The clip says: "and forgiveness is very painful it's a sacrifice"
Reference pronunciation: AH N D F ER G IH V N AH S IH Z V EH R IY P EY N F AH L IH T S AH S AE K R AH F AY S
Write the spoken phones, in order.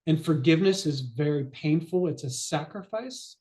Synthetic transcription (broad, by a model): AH N F ER G IH V N AH S IH Z V EH R IY P EY N F L IH T S AH S AE K R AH F AY S